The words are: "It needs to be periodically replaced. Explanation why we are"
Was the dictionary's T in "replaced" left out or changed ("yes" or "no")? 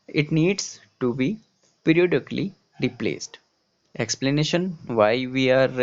no